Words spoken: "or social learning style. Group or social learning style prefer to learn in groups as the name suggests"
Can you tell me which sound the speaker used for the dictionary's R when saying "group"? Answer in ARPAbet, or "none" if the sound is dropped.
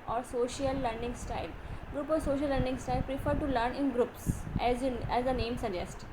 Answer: R